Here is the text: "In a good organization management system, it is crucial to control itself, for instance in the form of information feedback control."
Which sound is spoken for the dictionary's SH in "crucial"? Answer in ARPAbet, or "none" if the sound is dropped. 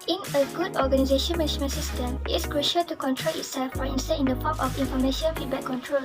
SH